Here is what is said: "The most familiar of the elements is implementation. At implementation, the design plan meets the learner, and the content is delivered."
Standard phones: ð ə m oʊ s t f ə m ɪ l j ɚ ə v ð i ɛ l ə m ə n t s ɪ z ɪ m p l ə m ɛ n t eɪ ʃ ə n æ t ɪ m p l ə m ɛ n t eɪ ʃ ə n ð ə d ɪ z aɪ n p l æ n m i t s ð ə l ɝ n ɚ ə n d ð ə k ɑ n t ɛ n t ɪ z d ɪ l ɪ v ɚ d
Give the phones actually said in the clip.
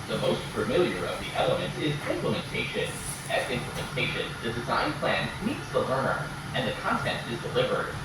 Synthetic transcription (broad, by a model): ð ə m oʊ s t f ə m ɪ l j ɚ ə v ð i ɛ l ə m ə n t ɪ z ɪ m p l ə m ɛ n t eɪ ʃ ə n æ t ɪ m p l ə m ɛ n t eɪ ʃ ə n ð ə d ɪ z aɪ n p l æ n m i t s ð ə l ɝ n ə n ð ə k ɑ n t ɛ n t ɪ z d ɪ l ɪ v ɚ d